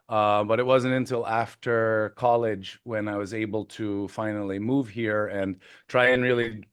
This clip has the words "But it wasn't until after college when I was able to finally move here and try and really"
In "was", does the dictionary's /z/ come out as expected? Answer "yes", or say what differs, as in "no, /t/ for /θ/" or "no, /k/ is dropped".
yes